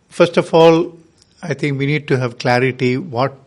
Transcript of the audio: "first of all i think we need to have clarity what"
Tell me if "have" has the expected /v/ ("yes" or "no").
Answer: yes